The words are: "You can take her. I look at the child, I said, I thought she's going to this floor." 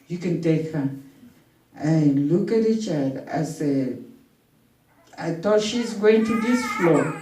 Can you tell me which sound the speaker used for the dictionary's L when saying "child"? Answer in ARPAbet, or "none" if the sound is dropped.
none